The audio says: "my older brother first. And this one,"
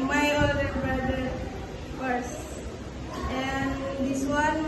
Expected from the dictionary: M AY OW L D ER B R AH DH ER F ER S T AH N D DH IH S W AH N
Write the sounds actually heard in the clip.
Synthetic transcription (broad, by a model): M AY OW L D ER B R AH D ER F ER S AH N D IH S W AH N